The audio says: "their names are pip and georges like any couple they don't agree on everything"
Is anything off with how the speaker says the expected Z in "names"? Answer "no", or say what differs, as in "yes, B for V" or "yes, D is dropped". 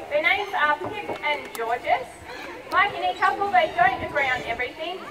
no